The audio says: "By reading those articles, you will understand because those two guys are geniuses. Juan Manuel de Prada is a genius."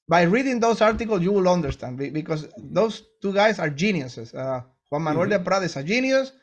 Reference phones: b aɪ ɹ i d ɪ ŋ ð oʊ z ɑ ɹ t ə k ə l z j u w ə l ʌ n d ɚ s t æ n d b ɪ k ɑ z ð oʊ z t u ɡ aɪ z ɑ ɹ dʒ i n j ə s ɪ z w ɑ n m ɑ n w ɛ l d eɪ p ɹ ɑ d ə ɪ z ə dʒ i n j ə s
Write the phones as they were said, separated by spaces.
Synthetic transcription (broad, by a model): b aɪ ɹ i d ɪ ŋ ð oʊ s ɑ ɹ t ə k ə l s j u w ə l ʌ n d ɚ s t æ n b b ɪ k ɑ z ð oʊ s t u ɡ aɪ s ɑ ɹ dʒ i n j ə s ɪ s w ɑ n m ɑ n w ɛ l d eɪ p ɹ ɑ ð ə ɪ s ə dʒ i n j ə s